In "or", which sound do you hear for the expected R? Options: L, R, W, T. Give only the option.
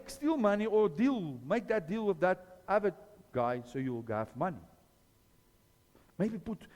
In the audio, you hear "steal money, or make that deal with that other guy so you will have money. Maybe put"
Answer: L